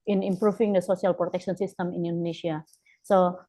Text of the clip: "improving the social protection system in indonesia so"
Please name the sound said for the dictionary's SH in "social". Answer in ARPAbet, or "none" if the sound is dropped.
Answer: S